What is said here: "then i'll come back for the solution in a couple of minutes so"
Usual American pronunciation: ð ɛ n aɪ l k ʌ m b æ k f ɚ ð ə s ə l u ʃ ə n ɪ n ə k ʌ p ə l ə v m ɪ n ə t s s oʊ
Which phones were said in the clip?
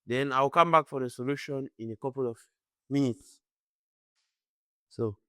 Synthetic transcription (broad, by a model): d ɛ n aɪ w k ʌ m b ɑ k f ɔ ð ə s ə l u ʃ ə n ɪ n ə k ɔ p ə l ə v m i n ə t s s oʊ